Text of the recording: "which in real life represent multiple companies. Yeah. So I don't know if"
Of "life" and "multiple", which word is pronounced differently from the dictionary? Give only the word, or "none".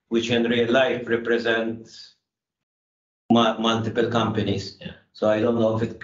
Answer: none